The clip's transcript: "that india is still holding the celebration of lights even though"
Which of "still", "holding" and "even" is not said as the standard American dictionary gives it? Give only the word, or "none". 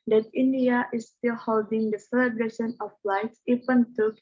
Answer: even